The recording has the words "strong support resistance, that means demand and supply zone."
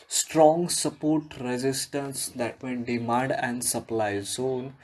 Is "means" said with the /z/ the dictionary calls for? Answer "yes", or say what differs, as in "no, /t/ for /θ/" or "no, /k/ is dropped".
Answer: no, /z/ is dropped